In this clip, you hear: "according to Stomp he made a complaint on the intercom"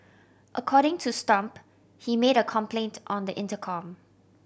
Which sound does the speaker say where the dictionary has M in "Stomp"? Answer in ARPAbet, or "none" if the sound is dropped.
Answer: M